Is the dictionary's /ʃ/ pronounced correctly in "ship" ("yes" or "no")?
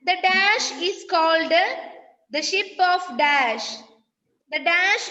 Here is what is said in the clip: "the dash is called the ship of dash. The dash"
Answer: yes